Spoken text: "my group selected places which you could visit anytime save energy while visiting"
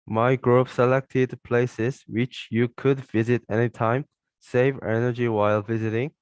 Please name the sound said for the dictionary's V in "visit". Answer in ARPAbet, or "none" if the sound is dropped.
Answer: V